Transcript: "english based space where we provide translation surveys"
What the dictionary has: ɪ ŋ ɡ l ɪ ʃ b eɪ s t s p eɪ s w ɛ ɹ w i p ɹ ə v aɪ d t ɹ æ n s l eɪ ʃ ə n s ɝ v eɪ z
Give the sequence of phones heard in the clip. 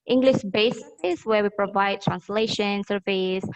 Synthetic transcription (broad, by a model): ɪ ŋ ɡ l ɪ ʃ b eɪ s s ɪ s w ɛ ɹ w i p ɹ ə v aɪ d t ɹ æ n s l eɪ ʃ ə n s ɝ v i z